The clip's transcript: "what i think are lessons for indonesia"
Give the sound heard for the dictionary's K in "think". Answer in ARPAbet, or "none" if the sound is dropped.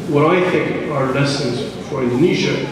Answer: K